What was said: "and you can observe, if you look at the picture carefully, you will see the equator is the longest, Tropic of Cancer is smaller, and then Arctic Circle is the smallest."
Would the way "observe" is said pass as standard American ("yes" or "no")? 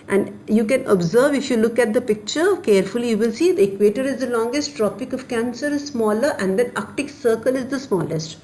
yes